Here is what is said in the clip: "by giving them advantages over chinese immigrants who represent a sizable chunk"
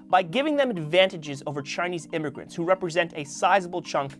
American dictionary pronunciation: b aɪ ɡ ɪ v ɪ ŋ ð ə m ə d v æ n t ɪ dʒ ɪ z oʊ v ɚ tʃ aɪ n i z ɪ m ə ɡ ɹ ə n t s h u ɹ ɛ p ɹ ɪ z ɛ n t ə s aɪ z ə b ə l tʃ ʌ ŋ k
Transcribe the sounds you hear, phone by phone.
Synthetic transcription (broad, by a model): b aɪ ɡ ɪ v ɪ ŋ ð ə m ə d v æ n t ɪ dʒ ɪ z oʊ v ɚ tʃ aɪ n i z ɪ m ə ɡ ɹ ə n t s h u ɹ ɛ p ɹ ɪ z ɛ n t ə s aɪ z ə b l tʃ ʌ ŋ k